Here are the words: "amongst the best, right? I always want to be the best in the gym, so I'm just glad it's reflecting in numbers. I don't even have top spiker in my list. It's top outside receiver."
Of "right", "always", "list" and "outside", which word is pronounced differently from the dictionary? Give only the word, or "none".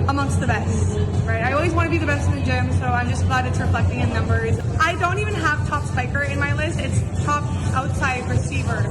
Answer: none